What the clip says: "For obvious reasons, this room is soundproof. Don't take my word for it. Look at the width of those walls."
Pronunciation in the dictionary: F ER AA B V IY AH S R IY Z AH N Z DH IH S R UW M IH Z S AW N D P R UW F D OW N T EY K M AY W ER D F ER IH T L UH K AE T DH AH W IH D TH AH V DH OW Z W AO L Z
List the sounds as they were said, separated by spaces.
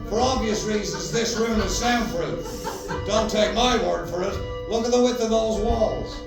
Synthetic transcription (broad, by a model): F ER AA B V IY AH S R IY Z AH N Z DH IH S R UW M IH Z S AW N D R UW D OW N T EY K M AY W ER D F ER IH T W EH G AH DH AH W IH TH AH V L Z W AO L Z